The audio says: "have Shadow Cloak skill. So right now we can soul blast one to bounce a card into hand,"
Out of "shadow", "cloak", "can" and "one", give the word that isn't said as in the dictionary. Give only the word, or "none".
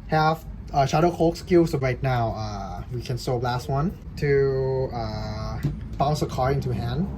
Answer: cloak